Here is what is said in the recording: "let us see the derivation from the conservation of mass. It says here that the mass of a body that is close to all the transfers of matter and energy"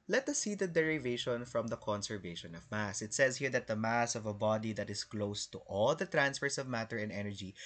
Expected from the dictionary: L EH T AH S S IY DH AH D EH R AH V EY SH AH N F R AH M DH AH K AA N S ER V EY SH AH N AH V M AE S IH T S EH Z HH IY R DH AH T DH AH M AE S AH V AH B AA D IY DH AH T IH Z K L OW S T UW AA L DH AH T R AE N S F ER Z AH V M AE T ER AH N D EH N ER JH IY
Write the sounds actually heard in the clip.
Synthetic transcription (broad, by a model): L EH T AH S S IY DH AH D EH R AH V EY SH AH N F R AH M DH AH K AA N S ER V EY SH AH N AH V M AE S IH T S EH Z HH IY R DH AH T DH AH M AE S AH V AH B AA D IY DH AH T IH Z K L OW S T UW AA L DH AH T R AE N S F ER S AH V M AE T ER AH N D EH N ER JH IY